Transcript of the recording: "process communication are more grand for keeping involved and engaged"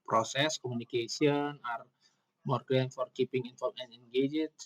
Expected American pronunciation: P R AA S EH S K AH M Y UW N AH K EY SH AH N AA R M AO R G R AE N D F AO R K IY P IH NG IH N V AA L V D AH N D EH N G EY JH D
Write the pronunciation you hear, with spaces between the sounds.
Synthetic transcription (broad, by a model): P R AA S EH S K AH M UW N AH K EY S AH N AA R M AO R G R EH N F AO R K IY P IH NG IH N F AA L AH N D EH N G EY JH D